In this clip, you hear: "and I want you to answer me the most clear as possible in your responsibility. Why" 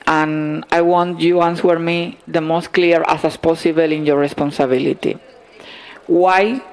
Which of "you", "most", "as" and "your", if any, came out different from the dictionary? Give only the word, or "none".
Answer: as